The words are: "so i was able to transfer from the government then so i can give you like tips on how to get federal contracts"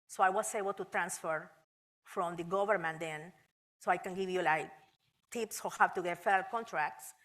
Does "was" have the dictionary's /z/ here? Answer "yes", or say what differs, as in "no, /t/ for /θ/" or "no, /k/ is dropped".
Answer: no, /s/ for /z/